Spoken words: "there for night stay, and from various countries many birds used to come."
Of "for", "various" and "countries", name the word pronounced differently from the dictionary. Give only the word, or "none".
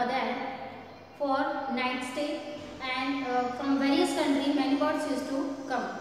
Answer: countries